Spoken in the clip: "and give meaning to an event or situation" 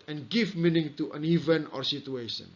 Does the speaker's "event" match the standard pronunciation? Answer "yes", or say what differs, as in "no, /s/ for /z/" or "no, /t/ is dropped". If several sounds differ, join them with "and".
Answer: no, /t/ is dropped